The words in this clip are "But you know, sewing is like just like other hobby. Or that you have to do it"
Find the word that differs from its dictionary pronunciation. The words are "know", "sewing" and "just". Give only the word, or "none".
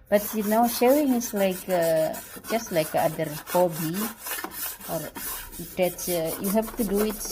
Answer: sewing